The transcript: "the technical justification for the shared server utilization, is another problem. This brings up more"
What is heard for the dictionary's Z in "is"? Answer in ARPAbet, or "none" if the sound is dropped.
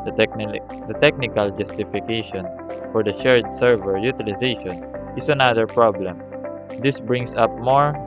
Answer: S